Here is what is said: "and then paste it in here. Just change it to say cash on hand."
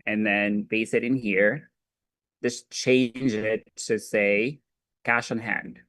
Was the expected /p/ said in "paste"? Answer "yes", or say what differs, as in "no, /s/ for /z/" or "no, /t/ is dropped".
no, /b/ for /p/